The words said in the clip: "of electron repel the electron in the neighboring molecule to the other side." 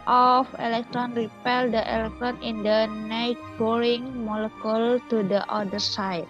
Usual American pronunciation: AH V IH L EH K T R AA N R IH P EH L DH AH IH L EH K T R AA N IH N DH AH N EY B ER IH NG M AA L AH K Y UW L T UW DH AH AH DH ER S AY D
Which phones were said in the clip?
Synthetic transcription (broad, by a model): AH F IH L EH K T R AA N R IH P EH L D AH IH L EH K T R AA N IH N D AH N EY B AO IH NG M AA L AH K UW L T UW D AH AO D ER S AY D